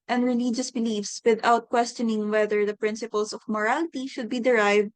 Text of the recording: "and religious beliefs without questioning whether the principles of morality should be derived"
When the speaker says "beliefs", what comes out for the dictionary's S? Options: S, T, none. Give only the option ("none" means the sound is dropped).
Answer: S